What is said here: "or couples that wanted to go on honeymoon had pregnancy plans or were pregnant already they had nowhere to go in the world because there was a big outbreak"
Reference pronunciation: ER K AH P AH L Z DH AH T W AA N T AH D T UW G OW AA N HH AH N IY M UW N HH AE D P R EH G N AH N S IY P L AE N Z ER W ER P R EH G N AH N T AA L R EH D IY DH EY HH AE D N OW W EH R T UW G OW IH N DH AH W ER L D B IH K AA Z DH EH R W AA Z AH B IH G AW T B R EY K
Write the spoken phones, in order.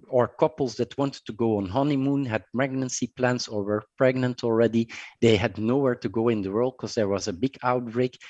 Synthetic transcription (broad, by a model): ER K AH P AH L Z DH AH T W AA N T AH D T UW G OW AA N HH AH N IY M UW N HH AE D P R EH G N AH N S IY P L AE N S ER W ER P R EH G N AH N T AA L R EH D IY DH EY HH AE D N OW W EH R T UW G OW IH N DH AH W ER L D K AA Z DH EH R W AA Z AH B IH G AW T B R EY K